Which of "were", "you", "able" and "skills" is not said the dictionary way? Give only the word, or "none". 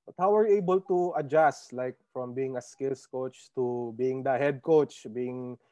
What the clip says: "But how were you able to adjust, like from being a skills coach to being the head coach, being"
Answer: skills